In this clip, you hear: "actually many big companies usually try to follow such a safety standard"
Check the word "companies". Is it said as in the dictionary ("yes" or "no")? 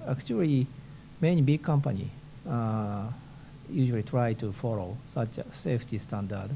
no